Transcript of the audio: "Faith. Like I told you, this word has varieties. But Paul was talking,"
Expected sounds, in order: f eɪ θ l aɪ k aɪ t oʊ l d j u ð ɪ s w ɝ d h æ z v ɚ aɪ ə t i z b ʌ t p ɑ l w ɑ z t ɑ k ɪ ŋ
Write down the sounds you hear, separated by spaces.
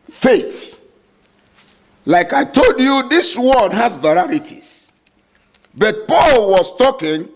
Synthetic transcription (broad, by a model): f eɪ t l aɪ k aɪ t oʊ l d j u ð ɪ s w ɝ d h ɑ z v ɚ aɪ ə t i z b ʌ t p ɑ l w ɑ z t ɑ k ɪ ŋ